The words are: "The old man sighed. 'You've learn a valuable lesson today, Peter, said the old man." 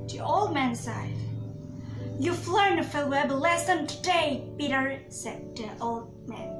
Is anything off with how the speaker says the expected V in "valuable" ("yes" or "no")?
yes